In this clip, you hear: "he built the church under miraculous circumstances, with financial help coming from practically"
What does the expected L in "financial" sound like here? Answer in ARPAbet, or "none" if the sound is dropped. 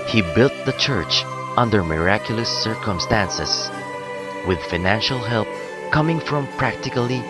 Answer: L